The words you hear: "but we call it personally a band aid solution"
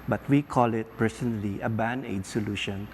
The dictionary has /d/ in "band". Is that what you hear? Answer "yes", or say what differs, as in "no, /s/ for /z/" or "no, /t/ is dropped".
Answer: no, /d/ is dropped